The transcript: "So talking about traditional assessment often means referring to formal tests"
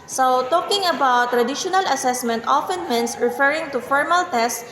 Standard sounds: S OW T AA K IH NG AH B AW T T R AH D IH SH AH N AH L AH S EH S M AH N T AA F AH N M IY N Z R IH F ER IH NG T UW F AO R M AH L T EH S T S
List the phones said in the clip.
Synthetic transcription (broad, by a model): S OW T AA K IH NG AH B AW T T R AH D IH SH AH N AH L AH S EH S M AH N T AA F AH N M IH N S R IH F ER IH NG T UW F AO R M AH L T EH S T